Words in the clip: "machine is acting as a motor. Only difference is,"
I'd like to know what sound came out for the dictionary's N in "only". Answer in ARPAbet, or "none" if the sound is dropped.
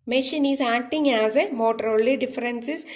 none